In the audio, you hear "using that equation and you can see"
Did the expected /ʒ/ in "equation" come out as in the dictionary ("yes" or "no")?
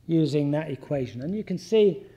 yes